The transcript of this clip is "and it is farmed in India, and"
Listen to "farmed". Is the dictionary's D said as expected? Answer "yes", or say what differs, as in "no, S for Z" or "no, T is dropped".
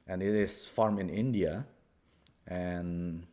no, D is dropped